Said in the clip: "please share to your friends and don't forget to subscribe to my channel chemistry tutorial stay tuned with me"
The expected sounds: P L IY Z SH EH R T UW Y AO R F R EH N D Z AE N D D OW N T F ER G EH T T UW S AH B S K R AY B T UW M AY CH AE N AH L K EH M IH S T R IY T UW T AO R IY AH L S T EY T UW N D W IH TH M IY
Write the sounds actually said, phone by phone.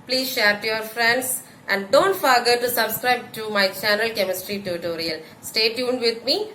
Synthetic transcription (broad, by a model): P L IY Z SH EH R T UW Y AO R F R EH N D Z AE N D D OW N T F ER G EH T T UW S AH B S K R AY B T UW M AY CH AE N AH L K EH M IH S T R IY T UW T AO R IY AH L S T EY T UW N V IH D M IY